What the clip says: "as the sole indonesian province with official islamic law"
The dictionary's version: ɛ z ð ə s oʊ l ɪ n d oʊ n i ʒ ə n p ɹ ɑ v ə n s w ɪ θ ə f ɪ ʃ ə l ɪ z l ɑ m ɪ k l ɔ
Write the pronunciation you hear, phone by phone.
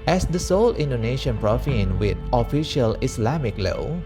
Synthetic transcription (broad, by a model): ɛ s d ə s oʊ l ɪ n d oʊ n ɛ ʃ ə n p ɹ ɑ f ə n w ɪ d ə f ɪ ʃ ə l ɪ s l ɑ m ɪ k l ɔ